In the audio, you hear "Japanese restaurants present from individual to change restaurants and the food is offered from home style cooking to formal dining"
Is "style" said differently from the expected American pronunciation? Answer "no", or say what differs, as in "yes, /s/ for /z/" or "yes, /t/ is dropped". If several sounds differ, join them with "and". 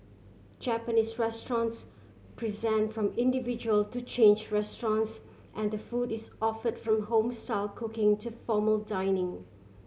no